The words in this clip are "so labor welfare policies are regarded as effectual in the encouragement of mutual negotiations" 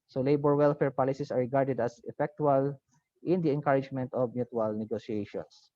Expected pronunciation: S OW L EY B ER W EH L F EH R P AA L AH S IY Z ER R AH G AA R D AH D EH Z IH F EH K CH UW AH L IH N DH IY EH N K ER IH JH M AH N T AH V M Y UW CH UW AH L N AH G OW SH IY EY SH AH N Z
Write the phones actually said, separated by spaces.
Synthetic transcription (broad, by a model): S OW L EY B ER W EH L F EH R P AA L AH S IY S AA R AH G AA R D AH D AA S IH F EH K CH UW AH L IH N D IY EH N K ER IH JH M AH N T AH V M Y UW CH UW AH L N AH G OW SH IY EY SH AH N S